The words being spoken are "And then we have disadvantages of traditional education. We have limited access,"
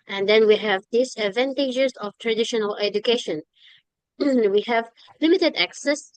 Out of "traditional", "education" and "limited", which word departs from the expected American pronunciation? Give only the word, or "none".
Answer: none